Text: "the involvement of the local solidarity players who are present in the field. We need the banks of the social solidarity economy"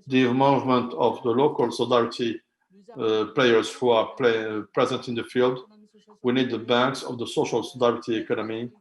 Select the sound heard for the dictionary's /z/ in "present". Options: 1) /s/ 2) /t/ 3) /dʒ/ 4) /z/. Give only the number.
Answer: 4